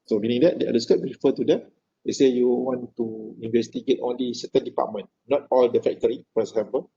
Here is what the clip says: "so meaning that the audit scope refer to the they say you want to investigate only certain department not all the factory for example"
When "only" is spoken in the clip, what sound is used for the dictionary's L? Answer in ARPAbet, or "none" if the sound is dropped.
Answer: L